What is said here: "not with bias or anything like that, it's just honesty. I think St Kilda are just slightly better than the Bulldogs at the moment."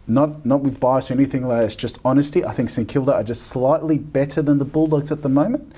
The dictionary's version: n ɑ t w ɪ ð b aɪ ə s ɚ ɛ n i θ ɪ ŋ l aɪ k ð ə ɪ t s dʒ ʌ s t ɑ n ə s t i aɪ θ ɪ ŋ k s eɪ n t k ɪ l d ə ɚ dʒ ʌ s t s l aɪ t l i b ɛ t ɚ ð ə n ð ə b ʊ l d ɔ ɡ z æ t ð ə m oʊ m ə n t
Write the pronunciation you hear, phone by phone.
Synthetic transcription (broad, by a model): n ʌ t w ɪ ð b aɪ ə s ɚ ɛ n i θ ɪ ŋ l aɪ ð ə ɪ t s dʒ ʌ s t ɑ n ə s t i aɪ θ ɪ ŋ k s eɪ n k ɪ l d ə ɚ dʒ ʌ s t s l aɪ t l i b ɛ t ɚ ð ə n ð ə b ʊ l d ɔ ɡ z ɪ t ð ə m oʊ m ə n t